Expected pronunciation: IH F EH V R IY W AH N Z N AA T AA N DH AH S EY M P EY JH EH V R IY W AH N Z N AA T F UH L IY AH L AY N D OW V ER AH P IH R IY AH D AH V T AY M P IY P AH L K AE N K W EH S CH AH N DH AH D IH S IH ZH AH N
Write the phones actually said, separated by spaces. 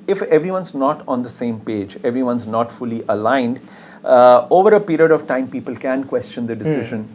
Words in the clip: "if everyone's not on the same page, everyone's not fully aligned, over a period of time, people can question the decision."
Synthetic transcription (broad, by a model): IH F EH V R IY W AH N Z N AA T AA N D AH S EY M P EY JH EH V R IY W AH N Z N AA T F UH L IY AH L AY N D OW V ER AH P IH R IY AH D AH V T AY M P IY P AH L K AE N K W EH S CH AH N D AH D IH S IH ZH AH N